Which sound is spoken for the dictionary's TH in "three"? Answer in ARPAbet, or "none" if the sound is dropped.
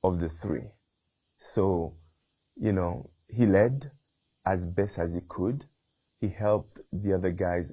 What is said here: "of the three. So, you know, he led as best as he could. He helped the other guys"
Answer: TH